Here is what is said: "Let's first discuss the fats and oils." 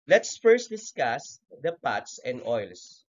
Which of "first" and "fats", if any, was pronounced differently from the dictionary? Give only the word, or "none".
fats